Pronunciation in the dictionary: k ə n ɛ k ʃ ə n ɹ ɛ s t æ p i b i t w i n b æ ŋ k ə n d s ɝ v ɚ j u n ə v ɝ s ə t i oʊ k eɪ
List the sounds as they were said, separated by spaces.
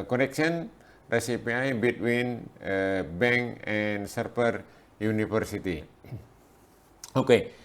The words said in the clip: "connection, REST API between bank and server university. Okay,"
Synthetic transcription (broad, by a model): k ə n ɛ k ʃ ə n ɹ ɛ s i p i b i t w i n b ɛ ŋ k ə n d s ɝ p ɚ j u n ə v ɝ s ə t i oʊ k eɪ